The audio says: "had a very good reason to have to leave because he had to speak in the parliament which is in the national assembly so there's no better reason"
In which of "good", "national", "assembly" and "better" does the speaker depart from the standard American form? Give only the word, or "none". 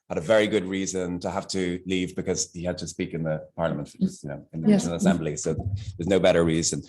national